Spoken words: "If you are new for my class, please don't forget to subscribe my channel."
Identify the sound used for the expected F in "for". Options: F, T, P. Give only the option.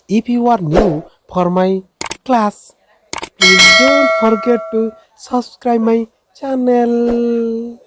P